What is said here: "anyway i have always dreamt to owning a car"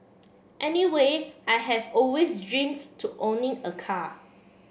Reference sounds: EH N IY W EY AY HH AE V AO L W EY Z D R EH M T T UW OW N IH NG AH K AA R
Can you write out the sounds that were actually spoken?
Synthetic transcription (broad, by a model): EH N IY W EY AY HH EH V AO L W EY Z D R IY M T T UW OW N IH NG AH K AA